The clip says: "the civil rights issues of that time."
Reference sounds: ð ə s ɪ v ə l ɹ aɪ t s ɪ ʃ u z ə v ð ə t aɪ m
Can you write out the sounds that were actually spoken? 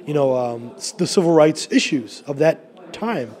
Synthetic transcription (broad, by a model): ð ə s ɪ v l ɹ aɪ t s ɪ ʃ u z ə v ð ə t aɪ m